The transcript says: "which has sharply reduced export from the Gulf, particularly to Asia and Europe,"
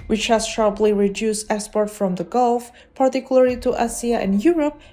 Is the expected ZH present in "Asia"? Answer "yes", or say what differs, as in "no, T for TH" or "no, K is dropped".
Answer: no, S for ZH